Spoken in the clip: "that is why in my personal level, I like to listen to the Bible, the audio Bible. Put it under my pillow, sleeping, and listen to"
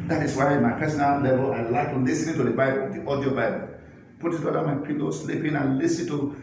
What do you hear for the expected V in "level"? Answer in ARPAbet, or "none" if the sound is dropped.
B